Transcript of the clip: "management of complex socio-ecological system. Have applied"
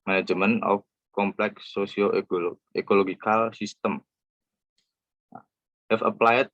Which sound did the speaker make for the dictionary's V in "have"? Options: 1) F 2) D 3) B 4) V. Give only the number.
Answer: 1